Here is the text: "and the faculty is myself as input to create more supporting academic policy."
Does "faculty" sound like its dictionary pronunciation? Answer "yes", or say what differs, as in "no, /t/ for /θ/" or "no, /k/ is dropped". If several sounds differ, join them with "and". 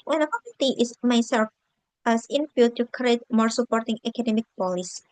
no, /l/ is dropped